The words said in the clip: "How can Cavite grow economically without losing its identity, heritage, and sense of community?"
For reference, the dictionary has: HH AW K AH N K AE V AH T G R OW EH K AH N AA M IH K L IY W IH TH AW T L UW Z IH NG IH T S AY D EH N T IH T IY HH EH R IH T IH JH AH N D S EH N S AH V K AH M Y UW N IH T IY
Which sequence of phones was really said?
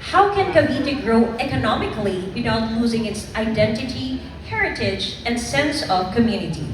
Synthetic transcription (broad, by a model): HH AW K AH N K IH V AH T G R OW EH K AH N AA M IH K L IY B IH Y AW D L UW Z IH NG IH T S AY D EH N T IH T IY HH EH R IH T IH JH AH N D S EH N S AH V K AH M Y UW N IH T IY